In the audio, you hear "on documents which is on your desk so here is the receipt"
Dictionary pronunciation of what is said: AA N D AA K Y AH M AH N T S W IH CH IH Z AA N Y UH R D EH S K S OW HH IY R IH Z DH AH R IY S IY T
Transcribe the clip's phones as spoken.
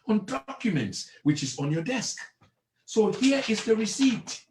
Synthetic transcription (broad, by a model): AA N D AA K Y AH M AH N T S W IH CH IH Z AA N Y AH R D EH S K S OW HH IY R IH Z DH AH R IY S IY T